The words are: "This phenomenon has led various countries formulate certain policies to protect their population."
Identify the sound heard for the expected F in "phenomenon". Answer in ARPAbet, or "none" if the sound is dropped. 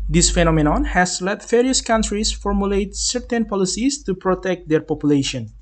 F